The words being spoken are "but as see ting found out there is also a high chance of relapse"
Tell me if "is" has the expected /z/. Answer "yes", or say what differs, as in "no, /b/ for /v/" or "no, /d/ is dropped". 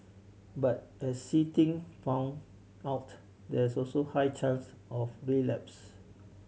no, /s/ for /z/